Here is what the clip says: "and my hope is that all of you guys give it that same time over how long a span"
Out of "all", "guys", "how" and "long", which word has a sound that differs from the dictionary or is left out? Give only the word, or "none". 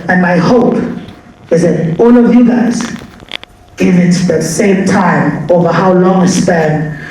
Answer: all